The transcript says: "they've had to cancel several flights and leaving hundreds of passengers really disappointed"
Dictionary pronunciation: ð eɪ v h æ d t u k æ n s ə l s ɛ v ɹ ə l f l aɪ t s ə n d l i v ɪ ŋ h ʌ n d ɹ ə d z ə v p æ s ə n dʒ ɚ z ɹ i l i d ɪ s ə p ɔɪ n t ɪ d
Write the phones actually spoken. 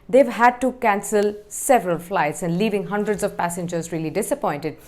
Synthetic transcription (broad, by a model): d eɪ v h æ d t u k æ n s ə l s ɛ v ɹ ə l f l aɪ t s ə n d l i v ɪ ŋ h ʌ n d ɹ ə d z ə v p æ s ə n dʒ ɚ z ɹ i l i d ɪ s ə p ɔɪ n t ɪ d